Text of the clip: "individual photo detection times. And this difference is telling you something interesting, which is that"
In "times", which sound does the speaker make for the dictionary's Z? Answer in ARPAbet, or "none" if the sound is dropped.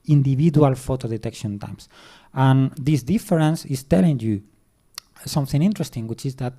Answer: S